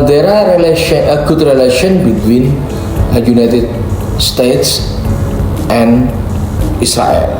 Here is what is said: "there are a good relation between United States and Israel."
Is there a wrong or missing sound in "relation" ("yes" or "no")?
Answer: no